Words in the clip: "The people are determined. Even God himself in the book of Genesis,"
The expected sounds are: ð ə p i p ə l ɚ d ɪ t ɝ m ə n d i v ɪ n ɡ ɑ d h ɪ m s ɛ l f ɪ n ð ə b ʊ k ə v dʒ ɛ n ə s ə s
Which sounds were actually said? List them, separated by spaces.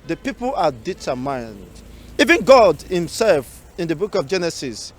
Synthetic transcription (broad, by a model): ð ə p i p ə l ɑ d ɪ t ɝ m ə n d i v ɪ n ɡ ɑ d h ɪ m s ɛ l f ɪ n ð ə b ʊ k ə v dʒ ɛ n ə s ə s